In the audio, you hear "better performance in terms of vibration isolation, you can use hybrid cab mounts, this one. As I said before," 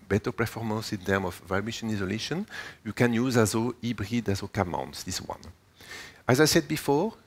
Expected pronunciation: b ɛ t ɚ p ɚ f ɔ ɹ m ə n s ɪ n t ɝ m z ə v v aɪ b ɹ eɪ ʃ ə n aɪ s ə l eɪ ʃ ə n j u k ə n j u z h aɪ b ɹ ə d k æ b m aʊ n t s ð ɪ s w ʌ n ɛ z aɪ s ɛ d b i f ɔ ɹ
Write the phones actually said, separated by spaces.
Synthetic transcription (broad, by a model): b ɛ t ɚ p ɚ f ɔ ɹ m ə n s ɪ n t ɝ m ə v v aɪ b eɪ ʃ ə n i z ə l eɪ ʃ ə n j u k ə n j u z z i b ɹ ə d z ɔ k m aʊ n t s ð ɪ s w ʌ n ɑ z aɪ s ɛ d b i f ɔ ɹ